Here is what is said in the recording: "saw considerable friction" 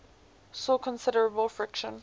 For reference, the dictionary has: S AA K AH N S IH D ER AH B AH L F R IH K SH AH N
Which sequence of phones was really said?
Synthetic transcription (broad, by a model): S AA K AH N S IH D ER AH B AH L F R IH K SH AH N